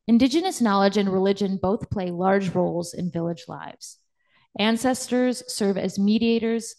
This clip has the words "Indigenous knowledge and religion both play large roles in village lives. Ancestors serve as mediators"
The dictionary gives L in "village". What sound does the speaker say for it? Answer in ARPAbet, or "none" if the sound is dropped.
L